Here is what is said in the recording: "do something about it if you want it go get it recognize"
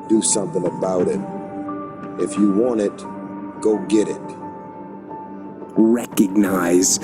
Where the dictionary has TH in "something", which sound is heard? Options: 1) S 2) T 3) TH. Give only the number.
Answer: 3